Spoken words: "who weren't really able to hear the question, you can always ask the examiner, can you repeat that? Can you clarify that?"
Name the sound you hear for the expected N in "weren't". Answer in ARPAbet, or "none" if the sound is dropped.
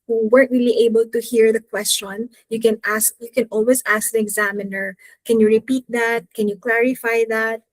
none